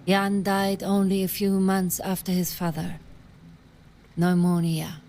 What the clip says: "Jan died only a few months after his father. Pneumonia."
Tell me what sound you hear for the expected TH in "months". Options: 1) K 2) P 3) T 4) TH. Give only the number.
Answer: 4